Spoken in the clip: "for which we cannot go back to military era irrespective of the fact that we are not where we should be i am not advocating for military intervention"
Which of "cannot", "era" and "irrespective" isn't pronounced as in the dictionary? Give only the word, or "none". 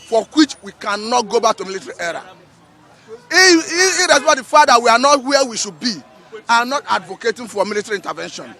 irrespective